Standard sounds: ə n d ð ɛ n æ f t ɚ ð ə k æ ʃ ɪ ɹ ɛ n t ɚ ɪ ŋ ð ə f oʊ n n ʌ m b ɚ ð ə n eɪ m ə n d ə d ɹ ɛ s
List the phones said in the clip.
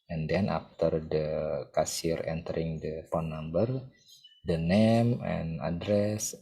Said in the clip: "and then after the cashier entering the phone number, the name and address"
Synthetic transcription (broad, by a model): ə n d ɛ n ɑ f t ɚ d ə k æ s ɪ ɹ ɛ n t ɚ ɪ ŋ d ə p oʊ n n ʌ m b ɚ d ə n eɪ m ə n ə d ɹ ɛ s